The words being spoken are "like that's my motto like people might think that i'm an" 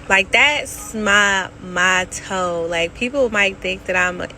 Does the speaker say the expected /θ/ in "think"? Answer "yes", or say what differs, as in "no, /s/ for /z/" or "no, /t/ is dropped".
yes